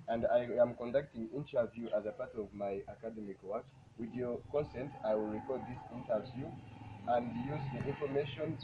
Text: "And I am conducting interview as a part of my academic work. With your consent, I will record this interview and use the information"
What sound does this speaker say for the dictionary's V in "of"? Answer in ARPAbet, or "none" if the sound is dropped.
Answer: V